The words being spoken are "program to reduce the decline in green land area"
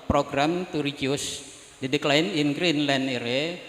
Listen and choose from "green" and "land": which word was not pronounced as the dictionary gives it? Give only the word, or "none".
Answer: land